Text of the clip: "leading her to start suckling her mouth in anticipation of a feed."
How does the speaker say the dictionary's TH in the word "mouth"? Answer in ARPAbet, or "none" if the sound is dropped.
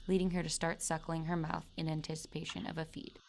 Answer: TH